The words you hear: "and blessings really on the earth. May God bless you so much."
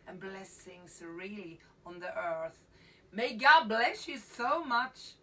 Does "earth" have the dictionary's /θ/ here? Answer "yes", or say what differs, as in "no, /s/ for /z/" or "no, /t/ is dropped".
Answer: yes